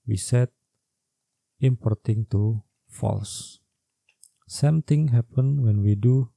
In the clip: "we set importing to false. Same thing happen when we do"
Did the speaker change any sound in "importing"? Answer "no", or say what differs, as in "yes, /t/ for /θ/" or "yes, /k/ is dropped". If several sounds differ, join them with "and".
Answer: no